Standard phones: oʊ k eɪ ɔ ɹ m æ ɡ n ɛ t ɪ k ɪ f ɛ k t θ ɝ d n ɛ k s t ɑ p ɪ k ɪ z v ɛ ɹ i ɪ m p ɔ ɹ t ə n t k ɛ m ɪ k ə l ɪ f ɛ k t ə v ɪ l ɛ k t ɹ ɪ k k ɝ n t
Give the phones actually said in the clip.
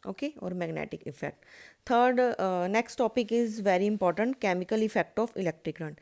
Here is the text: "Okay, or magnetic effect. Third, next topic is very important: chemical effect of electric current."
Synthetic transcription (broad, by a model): oʊ k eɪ ɔ ɹ m æ ɡ n ɛ t ɪ k ɪ f ɛ k t t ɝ d n ɛ k s t ɑ p ɪ k ɪ z v ɛ ɹ i ɪ m p ɔ ɹ t ə n t k ɛ m ɪ k ə l ɪ f ɛ k t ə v ɪ l ɛ k t ɹ ɪ k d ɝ n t